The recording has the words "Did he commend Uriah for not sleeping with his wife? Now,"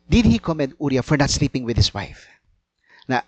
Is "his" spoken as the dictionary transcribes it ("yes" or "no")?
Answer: no